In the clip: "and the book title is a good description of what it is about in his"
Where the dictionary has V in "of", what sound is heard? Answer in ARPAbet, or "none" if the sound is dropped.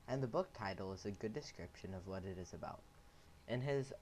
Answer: V